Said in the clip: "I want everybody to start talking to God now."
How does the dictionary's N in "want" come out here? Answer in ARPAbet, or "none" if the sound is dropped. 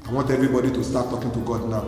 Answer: none